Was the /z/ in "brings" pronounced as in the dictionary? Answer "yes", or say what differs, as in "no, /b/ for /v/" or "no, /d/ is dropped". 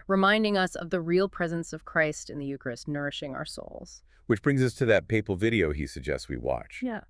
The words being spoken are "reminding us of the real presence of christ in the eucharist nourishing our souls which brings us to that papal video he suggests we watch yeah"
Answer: yes